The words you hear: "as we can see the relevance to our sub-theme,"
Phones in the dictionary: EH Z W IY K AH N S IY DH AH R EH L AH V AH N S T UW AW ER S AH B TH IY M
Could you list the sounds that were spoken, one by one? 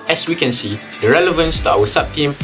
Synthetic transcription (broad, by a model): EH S W IY K AH N S IY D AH R EH L AH V AH N S T UW AW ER S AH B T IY M